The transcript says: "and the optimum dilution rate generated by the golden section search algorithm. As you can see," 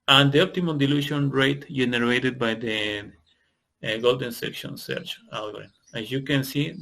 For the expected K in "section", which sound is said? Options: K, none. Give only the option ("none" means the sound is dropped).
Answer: K